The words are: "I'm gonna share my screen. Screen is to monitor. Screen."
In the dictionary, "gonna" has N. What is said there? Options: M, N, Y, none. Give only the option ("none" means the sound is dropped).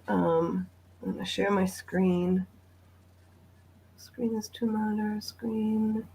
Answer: none